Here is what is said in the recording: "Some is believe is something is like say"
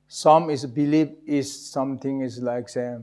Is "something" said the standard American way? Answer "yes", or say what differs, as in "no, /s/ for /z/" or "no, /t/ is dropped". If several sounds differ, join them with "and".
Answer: no, /t/ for /θ/